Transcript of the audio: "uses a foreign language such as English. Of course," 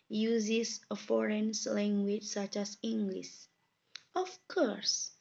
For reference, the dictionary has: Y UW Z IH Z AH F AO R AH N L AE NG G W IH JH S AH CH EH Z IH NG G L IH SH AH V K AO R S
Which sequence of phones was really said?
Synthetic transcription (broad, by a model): Y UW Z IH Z AH F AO R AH N L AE NG G W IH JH S AH CH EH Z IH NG G L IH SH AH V K AO R S